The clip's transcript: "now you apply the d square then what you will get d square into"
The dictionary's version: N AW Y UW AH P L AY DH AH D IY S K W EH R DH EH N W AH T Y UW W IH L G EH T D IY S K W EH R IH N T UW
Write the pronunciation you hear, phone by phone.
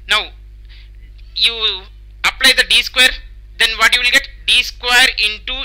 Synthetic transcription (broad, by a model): N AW Y UW AH P L AY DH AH D IY S K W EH R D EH N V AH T Y UW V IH L G EH T D IY S K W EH R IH N T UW